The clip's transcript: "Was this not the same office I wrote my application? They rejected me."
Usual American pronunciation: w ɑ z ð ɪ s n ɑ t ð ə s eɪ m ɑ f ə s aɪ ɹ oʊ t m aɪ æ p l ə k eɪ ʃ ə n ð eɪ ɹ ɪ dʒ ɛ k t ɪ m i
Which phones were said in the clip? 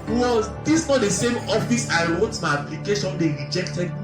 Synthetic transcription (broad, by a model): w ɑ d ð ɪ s n ɑ t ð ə s eɪ m ɑ f ə s aɪ ɹ oʊ t m aɪ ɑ p l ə k eɪ ʃ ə n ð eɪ ɹ ɪ dʒ ɛ k t ɪ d